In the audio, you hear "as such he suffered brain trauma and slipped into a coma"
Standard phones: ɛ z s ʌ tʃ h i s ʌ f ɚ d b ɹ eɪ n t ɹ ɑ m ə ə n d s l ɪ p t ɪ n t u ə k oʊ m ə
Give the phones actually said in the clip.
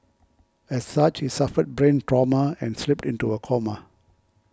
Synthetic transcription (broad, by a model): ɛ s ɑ tʃ h i s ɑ f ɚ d b ɹ eɪ n t ɹ ɑ m ə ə n s l ɪ p t ɪ n t u ə k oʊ m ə